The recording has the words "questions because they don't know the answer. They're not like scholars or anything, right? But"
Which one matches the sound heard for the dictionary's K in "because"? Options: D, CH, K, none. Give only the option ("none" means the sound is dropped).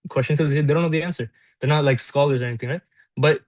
none